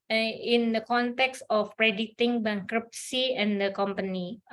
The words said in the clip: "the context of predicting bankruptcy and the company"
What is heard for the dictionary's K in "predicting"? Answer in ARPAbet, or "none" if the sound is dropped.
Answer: none